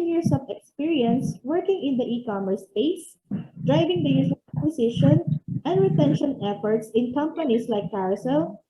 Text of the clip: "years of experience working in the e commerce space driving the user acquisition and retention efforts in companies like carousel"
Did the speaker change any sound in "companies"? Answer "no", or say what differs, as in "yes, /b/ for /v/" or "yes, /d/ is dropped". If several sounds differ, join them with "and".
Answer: yes, /s/ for /z/